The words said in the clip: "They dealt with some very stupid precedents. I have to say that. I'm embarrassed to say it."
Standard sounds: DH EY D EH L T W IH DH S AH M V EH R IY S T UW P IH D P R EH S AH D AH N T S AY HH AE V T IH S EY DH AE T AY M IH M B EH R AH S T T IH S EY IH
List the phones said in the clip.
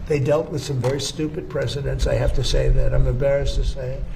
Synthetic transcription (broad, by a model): DH EY D EH L T W IH DH S AH M V EH R IY S T UW P IH D P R EH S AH D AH N T S AY HH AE F T IH S EY DH AE T AY M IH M B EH R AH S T T IH S EY IH